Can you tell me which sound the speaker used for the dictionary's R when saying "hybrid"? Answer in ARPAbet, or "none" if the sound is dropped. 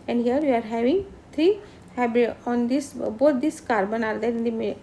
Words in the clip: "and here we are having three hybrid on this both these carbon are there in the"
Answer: none